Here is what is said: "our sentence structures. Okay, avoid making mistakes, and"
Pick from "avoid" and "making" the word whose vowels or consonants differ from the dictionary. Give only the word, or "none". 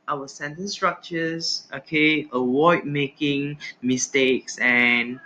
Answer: avoid